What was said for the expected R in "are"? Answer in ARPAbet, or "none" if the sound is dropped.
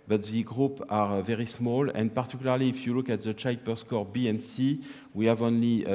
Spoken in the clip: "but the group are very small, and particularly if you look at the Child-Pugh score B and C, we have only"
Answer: R